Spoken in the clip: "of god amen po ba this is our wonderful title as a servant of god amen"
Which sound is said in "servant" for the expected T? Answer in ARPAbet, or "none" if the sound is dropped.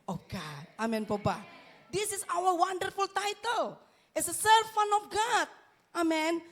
none